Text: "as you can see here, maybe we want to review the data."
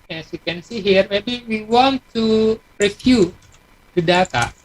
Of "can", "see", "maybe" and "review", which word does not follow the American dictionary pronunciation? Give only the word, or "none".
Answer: review